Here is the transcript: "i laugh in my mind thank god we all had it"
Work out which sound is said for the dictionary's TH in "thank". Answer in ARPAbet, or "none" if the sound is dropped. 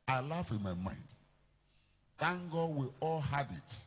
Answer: T